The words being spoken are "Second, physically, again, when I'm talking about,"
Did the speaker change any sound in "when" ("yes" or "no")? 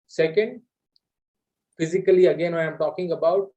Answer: yes